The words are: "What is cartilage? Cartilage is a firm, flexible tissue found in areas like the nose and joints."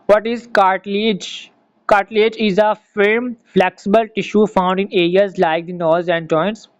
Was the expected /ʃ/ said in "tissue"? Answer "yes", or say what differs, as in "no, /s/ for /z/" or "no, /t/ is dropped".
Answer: yes